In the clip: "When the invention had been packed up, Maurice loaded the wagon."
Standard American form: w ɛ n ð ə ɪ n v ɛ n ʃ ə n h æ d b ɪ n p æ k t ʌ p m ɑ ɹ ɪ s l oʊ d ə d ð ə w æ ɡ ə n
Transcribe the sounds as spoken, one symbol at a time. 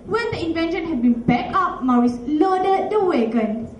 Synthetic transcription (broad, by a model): w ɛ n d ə ɪ n v ɛ n ʃ ə n h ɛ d b ɪ n b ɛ k ʌ p m ɑ ɹ ɪ s l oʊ d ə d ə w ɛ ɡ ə n